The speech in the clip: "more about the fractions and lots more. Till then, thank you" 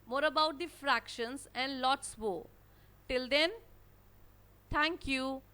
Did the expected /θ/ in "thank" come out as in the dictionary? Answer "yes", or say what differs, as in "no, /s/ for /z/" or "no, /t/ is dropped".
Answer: no, /t/ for /θ/